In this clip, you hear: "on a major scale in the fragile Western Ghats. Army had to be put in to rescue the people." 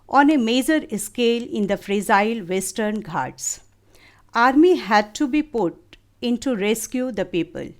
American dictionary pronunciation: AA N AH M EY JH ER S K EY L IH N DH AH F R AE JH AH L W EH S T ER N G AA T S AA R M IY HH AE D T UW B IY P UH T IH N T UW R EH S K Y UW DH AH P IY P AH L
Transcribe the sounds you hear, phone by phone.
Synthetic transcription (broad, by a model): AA N AH M EY JH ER S K EY L IH N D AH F R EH Z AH L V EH S T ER N G AA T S AA R M IY HH AE D T UW B IY P UH T IH N T UW R EH S K Y UW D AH P IY P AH L